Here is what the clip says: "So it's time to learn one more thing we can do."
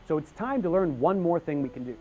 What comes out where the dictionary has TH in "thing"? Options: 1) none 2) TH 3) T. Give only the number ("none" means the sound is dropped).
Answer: 2